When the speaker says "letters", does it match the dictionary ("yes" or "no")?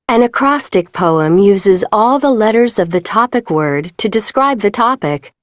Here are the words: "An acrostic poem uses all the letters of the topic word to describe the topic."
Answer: yes